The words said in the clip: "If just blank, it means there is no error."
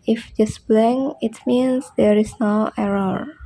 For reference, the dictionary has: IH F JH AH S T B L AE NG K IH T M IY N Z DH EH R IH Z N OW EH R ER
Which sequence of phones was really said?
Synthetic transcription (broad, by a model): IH F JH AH S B L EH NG IH T M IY N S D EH R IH S N OW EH R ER